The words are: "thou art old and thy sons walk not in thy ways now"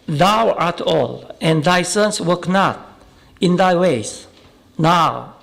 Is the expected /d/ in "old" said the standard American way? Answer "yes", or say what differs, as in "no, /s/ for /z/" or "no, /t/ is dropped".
no, /d/ is dropped